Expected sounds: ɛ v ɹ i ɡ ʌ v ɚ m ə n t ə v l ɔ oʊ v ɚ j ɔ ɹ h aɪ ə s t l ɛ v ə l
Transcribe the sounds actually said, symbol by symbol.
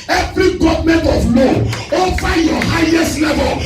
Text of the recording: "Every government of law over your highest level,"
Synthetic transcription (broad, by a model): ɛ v ɹ i ɡ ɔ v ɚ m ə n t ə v l ɔ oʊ f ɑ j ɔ h aɪ ə s t l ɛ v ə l